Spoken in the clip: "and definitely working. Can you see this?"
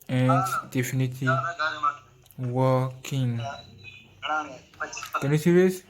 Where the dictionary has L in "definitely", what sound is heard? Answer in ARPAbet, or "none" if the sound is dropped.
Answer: none